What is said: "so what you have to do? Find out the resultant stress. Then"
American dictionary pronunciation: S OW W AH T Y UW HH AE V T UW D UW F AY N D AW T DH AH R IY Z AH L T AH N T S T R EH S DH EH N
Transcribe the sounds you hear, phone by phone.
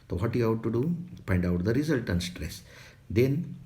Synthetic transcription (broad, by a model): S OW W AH T Y UW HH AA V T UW D UW P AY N D AW T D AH R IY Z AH L T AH N S T R EH S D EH N